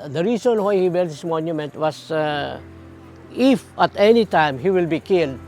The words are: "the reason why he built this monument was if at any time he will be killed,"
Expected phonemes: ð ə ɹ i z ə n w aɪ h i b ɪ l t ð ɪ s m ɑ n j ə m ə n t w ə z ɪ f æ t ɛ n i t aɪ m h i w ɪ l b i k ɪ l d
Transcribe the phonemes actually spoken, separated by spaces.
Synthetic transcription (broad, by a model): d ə ɹ i s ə n w aɪ h i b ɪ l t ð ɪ s m ɑ n j ə m ə n t w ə s ɪ f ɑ t ɛ n i t aɪ m h i w ɪ l b i k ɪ l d